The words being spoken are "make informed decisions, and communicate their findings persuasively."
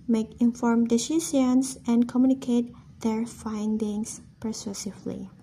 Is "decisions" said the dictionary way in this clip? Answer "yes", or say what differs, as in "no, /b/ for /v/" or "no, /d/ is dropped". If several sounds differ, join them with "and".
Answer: no, /s/ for /ʒ/ and /s/ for /z/